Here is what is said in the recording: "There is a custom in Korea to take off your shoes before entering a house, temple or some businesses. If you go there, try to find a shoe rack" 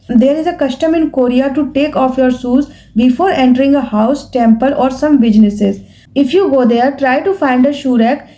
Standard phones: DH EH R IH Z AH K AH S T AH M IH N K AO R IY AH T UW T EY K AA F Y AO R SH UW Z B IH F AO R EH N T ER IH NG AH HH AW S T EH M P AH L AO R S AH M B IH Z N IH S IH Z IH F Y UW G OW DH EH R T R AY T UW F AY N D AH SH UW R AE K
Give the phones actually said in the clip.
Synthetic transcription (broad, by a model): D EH R IH Z AH K AH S T AH M IH N K AO R IY AH T UW T EY K AA F Y AO R S UW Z B IH F AO R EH N T ER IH NG AH HH AW S T EH M P AH L AO R S AH M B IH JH N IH S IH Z IH F Y UW G OW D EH R T R AY T UW F AY N D AH SH UW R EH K